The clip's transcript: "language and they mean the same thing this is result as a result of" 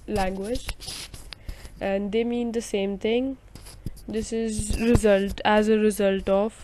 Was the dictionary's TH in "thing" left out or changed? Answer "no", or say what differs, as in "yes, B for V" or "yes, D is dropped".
yes, T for TH